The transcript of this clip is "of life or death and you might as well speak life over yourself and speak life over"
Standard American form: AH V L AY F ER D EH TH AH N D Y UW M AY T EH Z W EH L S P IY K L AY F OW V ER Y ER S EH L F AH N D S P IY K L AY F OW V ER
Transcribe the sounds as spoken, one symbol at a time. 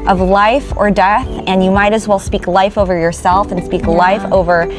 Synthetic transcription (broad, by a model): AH V L AY F ER D EH TH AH N Y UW M AY T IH Z W EH L S P IY K L AY F OW V ER Y ER S EH L F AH N S P IY K L AY F OW V ER